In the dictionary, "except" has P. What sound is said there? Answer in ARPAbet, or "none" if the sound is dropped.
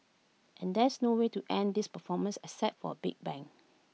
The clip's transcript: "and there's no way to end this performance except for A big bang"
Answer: none